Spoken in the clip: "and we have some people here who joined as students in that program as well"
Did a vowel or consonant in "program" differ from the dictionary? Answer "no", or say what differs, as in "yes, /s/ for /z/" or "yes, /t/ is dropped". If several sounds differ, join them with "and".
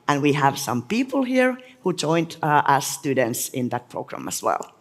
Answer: no